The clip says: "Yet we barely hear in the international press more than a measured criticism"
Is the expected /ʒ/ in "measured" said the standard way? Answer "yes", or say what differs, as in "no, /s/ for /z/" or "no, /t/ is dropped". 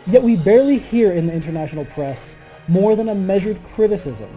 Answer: yes